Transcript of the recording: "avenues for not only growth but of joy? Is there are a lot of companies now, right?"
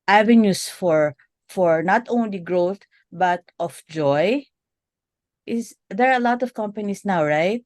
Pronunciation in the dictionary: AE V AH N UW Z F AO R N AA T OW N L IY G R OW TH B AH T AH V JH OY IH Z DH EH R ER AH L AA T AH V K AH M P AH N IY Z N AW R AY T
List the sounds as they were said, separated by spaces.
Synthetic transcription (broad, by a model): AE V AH N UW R F AO R N AA T OW N L IY G R OW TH B AH T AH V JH OY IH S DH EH R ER AH L AA T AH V K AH M P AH N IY S N AW R AY T